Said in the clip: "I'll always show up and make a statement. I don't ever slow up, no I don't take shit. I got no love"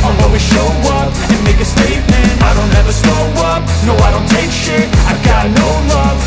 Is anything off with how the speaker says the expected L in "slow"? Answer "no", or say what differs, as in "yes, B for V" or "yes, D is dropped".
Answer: yes, L is dropped